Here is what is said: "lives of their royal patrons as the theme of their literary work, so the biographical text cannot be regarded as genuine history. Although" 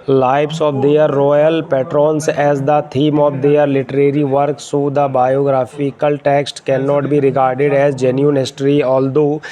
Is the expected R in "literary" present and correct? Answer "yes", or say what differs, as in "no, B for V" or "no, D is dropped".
yes